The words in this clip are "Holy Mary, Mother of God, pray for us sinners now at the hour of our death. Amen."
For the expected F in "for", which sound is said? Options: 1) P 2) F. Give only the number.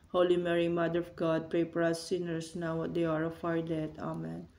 1